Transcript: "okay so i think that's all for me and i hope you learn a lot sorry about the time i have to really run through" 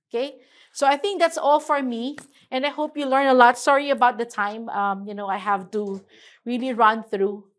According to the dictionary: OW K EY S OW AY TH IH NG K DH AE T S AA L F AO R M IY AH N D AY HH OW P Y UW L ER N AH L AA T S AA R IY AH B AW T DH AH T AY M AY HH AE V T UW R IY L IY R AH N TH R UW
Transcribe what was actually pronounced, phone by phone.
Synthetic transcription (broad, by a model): OW K EY S OW AY TH IH NG K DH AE T S AA L F AO R M IY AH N AY HH OW P Y UW L ER N AH L AA T S AA R IY AH B AW T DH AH T AY M AY HH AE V T UW R IY L IY R AH N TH R UW